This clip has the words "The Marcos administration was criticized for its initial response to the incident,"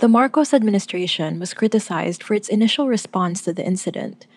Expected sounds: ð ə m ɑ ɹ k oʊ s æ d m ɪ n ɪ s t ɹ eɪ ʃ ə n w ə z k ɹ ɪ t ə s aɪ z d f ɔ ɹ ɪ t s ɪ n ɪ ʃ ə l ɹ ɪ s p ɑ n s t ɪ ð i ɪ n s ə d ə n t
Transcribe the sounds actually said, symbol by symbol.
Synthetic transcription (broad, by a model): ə m ɑ ɹ k oʊ s æ d m ɪ n ɪ s t ɹ eɪ ʃ ə n w ə z k ɹ ɪ t ə s aɪ z d f ɔ ɹ ɪ t s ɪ n ɪ ʃ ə l ɹ ɪ s p ɑ n s t ɪ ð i ɪ n s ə d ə n t